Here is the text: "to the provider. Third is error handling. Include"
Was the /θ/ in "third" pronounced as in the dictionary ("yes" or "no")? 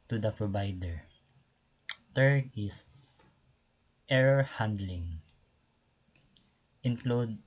no